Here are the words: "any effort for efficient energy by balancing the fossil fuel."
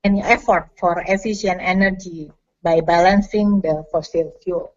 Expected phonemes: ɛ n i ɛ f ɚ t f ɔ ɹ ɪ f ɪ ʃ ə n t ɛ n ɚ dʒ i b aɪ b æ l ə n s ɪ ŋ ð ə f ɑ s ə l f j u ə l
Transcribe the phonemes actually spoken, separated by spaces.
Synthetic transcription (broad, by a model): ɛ n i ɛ f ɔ t f ɔ ɹ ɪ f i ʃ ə n ɛ n ɚ dʒ i b aɪ b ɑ l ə n s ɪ ŋ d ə f ɑ s ə l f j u l